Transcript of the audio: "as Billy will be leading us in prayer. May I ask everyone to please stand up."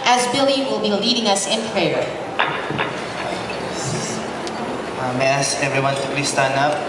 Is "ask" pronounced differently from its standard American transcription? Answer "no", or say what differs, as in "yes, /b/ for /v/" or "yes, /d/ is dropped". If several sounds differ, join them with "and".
yes, /k/ is dropped